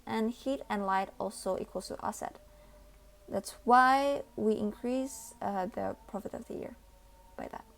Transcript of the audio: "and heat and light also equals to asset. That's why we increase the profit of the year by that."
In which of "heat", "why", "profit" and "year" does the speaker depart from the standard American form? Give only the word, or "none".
none